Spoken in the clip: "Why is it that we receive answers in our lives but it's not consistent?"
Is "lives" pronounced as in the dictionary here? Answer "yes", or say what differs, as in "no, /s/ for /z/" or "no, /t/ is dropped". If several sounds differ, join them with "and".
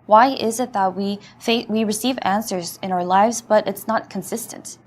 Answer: yes